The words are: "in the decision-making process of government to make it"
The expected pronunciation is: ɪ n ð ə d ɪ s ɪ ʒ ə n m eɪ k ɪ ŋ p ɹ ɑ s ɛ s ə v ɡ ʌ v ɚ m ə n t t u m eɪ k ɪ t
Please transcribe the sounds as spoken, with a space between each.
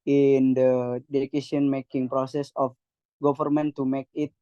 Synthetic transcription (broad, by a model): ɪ n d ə d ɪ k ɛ s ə n m eɪ k ɪ ŋ p ɹ ɑ s ɛ s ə f ɡ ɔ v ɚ m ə n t t u m eɪ k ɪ t